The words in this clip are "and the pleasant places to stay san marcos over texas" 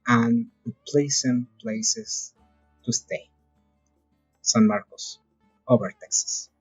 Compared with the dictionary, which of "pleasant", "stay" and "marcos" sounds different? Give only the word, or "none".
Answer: pleasant